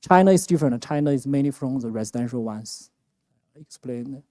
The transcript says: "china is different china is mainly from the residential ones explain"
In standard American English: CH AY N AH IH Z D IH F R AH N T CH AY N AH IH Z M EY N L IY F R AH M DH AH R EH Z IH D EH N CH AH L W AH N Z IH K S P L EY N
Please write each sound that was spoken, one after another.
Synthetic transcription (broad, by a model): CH AY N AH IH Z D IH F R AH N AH CH AY N AH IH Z M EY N IY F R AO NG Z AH R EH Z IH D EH N SH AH L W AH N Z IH K S P L EY N